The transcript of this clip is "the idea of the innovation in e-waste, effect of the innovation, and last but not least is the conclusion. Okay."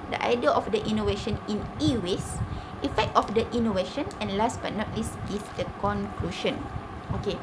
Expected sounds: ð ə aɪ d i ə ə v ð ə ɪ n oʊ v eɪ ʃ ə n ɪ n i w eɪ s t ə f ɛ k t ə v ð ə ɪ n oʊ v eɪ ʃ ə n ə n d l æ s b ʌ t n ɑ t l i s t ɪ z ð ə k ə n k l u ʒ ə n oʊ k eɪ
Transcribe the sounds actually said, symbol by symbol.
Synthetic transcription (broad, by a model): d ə aɪ d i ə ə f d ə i n oʊ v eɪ ʃ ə n ɪ n i w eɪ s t ə f ɛ k t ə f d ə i n oʊ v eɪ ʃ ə n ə n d l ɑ s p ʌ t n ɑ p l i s ɪ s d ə k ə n k l u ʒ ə n oʊ k eɪ